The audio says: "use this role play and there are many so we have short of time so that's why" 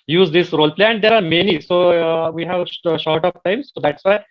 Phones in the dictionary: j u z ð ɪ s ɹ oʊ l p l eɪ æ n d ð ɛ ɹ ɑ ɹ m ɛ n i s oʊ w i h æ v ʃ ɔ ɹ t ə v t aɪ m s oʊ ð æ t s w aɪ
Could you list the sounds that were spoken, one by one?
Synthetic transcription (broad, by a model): j u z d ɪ s ɹ oʊ l p l eɪ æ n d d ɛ ɹ ɑ ɹ m ɛ n i s oʊ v i h æ v ʃ ɔ ɹ t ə p t aɪ m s oʊ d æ t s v aɪ